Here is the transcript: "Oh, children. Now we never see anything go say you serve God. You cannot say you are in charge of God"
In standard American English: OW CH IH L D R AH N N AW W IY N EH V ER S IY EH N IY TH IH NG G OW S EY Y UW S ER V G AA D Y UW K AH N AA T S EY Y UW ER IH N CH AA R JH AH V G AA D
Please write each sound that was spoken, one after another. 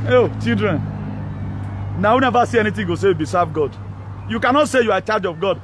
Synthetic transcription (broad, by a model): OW CH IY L D R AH N N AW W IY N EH V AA S IY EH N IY T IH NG G OW S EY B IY S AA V G AA D Y UW K AH N AA T S EY Y UW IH CH AA JH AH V G AA D